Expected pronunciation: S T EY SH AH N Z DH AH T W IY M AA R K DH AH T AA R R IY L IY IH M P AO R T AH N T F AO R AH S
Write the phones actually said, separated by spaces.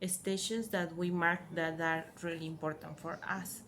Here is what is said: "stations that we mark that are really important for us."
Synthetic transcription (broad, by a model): S T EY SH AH N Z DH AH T W IY M AA R K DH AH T AA R R IY L IY IH M P AO R T AH N T F AO R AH S